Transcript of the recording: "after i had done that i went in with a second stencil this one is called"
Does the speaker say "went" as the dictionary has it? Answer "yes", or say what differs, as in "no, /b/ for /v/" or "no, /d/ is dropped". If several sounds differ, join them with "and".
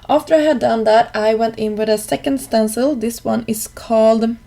yes